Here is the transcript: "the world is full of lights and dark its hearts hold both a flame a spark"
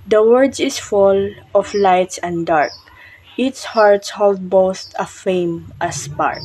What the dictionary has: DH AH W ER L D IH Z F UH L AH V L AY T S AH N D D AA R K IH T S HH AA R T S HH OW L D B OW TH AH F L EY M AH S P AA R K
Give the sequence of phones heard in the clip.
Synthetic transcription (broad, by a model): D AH W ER D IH S F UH L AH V L AY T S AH N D D AA R K IH T S HH AA R T S HH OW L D B OW T AH F EY M AH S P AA R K